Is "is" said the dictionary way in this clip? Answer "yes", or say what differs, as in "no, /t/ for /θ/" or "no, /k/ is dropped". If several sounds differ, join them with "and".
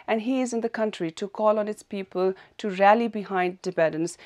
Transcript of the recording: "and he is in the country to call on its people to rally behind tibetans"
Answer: yes